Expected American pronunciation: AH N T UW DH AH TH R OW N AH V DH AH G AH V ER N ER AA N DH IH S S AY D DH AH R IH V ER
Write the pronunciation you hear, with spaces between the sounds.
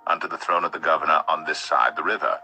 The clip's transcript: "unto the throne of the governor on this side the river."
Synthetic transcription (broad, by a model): AH N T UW DH AH TH R OW N AH V DH AH G AH V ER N ER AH N DH IH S S AY D DH AH R IH V ER